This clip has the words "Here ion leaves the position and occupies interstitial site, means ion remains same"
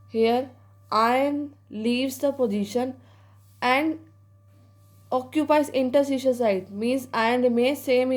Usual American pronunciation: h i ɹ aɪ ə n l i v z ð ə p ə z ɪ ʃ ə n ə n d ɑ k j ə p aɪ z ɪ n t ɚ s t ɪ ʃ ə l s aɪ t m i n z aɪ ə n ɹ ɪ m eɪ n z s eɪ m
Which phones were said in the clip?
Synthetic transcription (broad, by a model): h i ɹ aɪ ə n l i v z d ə p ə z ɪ ʃ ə n ə n d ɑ k j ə p aɪ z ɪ n t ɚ s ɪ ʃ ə n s aɪ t m i n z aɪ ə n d m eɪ s eɪ m